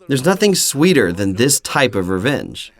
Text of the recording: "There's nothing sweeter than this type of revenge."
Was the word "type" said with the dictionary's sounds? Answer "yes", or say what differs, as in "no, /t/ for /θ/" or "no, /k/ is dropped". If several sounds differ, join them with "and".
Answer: yes